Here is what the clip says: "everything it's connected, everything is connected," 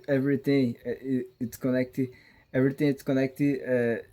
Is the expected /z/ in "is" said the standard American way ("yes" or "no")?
no